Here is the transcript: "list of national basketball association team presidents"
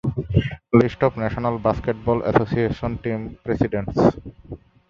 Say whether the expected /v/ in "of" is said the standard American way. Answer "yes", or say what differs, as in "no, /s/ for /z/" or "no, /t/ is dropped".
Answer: no, /p/ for /v/